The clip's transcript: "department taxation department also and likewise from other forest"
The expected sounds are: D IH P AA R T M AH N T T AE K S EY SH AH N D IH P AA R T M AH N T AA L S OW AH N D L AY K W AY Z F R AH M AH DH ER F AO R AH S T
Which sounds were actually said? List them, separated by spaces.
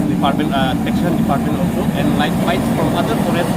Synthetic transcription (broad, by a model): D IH P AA R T M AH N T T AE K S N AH L D IH P AA R T M AH N T AA L S OW AH N D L AY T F AY S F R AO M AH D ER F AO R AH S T